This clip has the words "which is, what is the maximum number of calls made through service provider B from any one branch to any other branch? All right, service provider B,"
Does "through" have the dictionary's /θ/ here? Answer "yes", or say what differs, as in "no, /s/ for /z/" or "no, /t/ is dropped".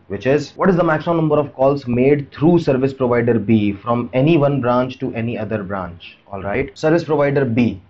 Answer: no, /t/ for /θ/